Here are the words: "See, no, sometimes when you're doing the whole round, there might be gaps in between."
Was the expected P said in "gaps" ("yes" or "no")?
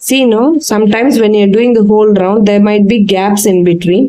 yes